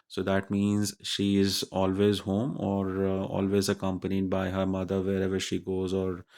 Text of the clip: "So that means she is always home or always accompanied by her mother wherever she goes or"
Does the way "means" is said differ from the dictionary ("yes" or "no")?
no